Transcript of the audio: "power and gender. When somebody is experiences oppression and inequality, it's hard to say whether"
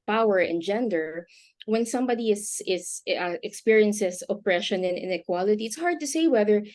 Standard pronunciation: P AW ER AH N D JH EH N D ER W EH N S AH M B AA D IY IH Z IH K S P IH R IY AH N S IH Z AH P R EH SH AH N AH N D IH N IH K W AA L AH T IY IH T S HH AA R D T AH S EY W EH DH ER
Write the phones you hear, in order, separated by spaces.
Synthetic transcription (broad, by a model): P AW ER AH N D JH EH N D ER W EH N S AH M B AA D IY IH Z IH K S P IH R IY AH N S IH S AH P R EH SH AH N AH N IH N IH K W AA L AH T IY IH T S HH AA R D T AH S EY W EH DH ER